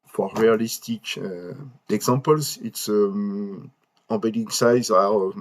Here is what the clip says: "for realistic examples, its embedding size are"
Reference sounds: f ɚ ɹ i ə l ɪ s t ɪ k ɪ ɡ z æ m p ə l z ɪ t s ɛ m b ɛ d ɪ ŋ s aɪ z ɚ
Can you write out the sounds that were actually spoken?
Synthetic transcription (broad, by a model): f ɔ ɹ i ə l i s t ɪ k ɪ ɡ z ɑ p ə l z ɪ t s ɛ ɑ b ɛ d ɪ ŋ s aɪ z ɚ